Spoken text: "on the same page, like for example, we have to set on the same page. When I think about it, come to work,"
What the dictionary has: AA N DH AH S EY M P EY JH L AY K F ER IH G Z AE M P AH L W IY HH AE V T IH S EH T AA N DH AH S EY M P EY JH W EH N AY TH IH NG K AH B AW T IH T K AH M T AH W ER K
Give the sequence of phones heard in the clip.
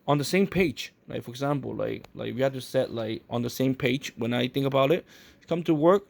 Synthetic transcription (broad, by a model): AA N DH AH S EY M P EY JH L AY K F ER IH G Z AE M P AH L W IY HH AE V T IH S EH T AA N DH AH S EY M P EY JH W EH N AY TH IH NG K AH B AW T IH T K AH M T AH W ER K